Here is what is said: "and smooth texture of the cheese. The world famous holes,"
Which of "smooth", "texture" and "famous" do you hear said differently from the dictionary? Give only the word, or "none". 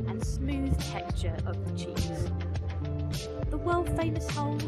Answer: texture